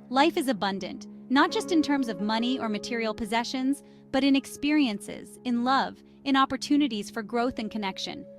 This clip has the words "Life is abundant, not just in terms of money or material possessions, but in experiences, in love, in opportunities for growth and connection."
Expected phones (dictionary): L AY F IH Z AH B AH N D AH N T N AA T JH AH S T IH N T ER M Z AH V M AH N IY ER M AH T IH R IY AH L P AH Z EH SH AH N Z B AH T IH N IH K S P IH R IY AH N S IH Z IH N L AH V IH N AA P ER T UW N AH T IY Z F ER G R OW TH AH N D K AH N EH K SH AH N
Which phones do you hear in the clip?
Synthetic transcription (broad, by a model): L AY F IH Z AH B AH N D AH N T N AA T JH AH S T IH N T ER M Z AH V M AH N IY ER M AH T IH R IY L P AH Z EH SH AH N Z B AH T IH N IH K S P IH R IY AH N S IH Z IH N L AH V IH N AA P ER T UW N AH T IY Z F ER G R OW TH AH N K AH N EH K SH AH N